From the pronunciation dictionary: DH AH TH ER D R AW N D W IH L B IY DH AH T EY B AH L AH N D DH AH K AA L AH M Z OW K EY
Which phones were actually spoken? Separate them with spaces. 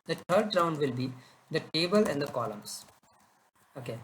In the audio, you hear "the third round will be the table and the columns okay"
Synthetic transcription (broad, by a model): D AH T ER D R AW N D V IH L B IY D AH T EY B AH L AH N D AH K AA L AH M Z OW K EY